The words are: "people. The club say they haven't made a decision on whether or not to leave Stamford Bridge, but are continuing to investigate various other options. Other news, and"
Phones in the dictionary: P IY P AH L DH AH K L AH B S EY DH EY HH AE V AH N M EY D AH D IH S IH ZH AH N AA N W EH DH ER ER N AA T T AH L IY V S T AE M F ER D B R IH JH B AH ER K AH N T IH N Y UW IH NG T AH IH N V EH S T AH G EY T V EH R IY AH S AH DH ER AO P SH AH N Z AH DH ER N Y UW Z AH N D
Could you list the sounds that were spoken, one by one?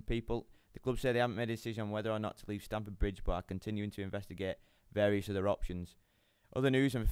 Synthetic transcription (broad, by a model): P IY P AH L DH AH K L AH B S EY DH EY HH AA V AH N M EY D AH D IH S IH ZH AH N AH N W EH DH ER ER N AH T T AH L IY V S T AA M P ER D B R IH JH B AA K AH N T IH N Y UW IH NG T AH IH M V EH S T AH G EY T V EH R IY AH S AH DH ER AO P SH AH N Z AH DH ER N Y UW Z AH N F